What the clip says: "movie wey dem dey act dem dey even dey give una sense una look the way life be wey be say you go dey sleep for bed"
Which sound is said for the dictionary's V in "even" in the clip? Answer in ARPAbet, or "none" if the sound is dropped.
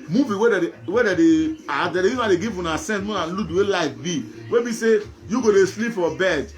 none